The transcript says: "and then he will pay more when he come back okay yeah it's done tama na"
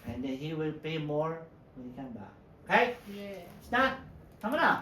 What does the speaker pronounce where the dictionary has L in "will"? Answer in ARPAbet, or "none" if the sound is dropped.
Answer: L